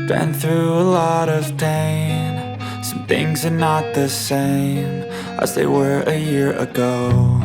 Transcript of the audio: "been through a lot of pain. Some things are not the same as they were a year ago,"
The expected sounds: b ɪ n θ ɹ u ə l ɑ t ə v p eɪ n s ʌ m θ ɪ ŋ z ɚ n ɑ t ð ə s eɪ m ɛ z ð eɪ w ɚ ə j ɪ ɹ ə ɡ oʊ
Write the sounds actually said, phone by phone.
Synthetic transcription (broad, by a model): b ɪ n θ ɹ u ə l ɑ t ə v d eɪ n s ʌ m θ ɪ ŋ z ɚ n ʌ t ð ə s eɪ m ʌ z ð eɪ w ɚ ə j ɪ ɹ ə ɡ oʊ